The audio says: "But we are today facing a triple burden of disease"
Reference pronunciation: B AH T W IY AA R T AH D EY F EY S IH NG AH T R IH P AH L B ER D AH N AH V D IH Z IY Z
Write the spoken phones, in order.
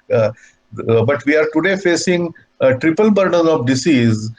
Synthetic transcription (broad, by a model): B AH T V IY AA R T AH D EY F EY S IH NG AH T R IH P AH L B ER D AH N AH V D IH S IY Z